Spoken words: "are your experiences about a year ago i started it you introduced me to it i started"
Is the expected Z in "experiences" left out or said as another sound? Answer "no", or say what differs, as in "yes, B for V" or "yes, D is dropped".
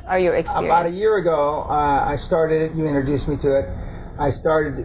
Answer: yes, Z is dropped